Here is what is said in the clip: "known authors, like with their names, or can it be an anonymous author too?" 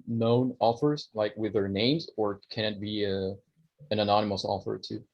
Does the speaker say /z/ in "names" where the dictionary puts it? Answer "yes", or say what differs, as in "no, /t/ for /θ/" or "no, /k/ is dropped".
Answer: yes